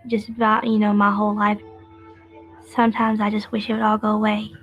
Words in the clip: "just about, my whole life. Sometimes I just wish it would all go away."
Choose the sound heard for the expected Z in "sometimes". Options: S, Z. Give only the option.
Z